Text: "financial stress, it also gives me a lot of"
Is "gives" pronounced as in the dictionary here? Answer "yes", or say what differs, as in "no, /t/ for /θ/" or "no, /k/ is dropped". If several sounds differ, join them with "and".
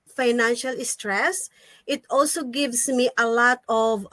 no, /s/ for /z/